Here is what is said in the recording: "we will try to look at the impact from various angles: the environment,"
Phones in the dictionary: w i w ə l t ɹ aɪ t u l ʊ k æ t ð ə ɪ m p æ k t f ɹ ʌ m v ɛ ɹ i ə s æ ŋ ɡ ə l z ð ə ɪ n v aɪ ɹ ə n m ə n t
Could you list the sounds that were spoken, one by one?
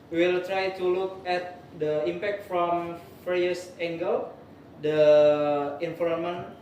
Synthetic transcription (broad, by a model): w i w ə l t ɹ aɪ t u l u k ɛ t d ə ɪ m p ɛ k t f ɹ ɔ m f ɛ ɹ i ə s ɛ ŋ ɡ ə l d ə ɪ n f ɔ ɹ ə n m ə n